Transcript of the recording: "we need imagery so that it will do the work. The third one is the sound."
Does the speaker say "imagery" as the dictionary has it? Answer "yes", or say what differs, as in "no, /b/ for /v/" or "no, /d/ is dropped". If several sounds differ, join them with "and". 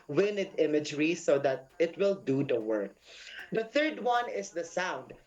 yes